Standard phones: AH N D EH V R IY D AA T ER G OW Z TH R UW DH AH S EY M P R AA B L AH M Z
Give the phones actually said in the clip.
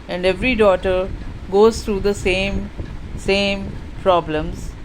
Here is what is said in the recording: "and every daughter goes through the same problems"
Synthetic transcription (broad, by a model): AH N D EH V R IY D AA T ER G OW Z T R UW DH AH S EY M P R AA B L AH M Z